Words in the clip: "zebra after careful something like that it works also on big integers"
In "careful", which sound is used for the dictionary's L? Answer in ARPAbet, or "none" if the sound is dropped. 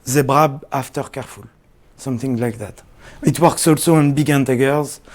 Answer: L